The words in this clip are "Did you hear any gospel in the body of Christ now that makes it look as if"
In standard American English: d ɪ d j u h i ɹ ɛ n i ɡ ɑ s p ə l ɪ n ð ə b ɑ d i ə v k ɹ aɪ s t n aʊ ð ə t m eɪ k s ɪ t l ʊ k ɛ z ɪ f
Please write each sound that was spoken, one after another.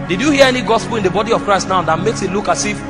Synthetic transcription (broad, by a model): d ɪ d j u h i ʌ ɛ n i ɡ ɑ s p l ɪ n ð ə b ɑ d i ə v k ɹ aɪ s t n aʊ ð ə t m eɪ k s ɪ t l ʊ k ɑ s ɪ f